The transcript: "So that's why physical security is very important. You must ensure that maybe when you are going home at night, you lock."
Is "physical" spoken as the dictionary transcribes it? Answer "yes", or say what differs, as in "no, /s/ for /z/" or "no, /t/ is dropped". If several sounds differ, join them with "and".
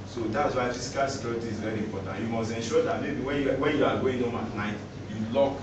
no, /s/ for /z/